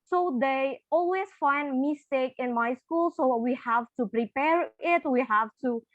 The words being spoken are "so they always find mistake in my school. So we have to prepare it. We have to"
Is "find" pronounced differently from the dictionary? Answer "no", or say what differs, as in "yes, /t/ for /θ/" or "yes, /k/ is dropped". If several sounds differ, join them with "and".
no